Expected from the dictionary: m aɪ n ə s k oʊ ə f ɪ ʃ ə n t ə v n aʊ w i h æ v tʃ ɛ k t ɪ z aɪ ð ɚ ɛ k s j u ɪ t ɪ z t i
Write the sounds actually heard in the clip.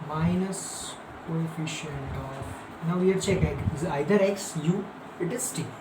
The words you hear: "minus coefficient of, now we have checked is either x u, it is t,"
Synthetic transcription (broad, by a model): m aɪ n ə s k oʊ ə f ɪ ʃ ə n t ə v n aʊ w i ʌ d tʃ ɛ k ɪ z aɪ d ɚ ɛ k s j u ɪ t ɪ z t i